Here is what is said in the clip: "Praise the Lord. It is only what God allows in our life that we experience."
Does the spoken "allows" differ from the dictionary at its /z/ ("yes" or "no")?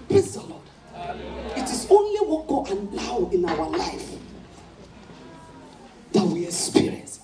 yes